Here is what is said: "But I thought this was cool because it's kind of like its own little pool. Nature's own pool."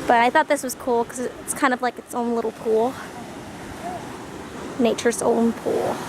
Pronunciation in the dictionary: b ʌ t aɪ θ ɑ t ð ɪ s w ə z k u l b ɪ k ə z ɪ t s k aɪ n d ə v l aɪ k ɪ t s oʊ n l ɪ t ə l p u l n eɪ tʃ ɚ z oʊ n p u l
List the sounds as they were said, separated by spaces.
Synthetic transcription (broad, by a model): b ʌ t aɪ θ ɑ t ð ɪ s w ə z k u l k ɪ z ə ɪ t s k aɪ n d ə v l aɪ k ɪ t s oʊ n l ɪ t l p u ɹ n eɪ tʃ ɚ s oʊ n p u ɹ